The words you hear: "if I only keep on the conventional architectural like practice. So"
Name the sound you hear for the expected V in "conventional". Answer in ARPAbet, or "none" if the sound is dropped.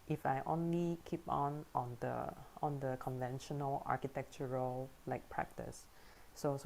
V